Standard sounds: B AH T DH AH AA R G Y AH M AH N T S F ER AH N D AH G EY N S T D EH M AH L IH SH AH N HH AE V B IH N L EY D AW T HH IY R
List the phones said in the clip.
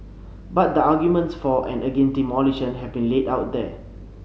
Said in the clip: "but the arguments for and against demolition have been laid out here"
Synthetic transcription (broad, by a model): B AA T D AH AA G Y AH M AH N T S F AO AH N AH G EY N T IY M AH L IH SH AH N HH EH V B IH N L EY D AW T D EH